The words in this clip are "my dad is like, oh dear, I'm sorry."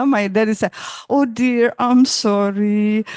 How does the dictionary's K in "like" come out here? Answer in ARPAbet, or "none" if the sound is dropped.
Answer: none